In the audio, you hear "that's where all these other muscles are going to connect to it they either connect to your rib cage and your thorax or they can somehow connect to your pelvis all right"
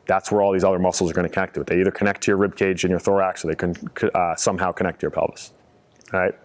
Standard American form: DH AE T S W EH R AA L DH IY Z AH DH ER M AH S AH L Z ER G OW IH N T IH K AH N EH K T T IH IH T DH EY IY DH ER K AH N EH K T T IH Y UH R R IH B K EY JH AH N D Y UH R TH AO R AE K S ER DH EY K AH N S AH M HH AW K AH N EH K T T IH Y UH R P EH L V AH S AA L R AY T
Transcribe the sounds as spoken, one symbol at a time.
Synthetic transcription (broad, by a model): DH AE T S W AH R AA L DH IY Z AH DH ER M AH S L Z ER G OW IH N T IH K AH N EH K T T IH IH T DH EY IY DH ER K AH N EH K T T IH Y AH R R IH B K EY JH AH N Y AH R TH AO R AE K S ER DH EY K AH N S AH M HH AW K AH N EH K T T IH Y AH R P EH L V AH S R AY T